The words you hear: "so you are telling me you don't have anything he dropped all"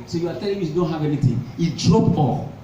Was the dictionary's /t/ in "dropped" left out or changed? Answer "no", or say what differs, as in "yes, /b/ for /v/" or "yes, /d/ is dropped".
yes, /t/ is dropped